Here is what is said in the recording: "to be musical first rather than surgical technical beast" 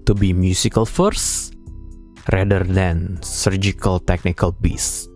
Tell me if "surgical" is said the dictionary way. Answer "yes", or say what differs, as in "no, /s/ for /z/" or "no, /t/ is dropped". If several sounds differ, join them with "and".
yes